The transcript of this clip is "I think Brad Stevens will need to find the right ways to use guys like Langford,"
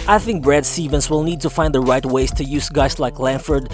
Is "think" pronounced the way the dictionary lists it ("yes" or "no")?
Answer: yes